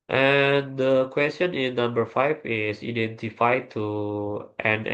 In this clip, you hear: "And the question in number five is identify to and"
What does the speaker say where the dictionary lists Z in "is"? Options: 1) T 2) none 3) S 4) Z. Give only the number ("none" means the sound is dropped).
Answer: 3